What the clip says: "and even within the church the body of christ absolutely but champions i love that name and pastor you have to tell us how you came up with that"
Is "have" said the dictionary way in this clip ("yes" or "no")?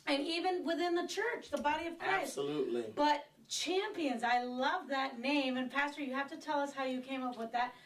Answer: no